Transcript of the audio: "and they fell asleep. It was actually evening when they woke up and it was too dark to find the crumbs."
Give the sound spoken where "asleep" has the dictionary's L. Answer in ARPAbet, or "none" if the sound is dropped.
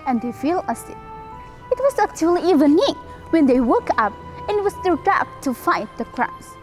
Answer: none